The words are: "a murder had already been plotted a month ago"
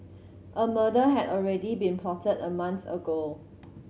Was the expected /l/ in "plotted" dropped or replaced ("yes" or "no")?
yes